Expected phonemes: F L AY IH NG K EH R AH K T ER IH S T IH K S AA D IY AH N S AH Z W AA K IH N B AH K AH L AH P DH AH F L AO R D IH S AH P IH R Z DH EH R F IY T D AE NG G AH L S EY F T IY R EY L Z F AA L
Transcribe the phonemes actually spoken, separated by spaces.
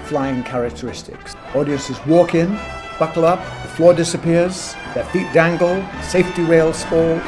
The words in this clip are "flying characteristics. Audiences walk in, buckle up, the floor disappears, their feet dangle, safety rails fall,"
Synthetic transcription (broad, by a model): F L AY IH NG K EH R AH K T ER IH S T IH K S AA D IY AH N S AH Z W AA K IH N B AH K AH L AH P DH AH F L AO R D IH S AH P IH R Z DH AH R F IY T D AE NG G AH L S EY F T IY R EY L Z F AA L